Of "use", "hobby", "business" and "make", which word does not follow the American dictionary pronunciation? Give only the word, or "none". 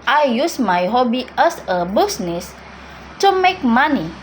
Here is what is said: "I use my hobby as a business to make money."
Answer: business